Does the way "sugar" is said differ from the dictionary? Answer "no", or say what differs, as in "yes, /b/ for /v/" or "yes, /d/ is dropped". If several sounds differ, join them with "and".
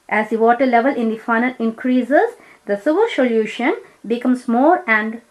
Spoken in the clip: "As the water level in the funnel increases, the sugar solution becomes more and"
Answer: yes, /s/ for /ʃ/